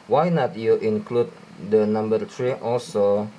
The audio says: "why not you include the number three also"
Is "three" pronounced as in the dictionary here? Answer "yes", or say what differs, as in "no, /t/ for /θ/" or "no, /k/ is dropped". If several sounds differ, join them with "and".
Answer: no, /t/ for /θ/